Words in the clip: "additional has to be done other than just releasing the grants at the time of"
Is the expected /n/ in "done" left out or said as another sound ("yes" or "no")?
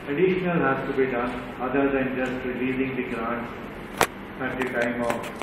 no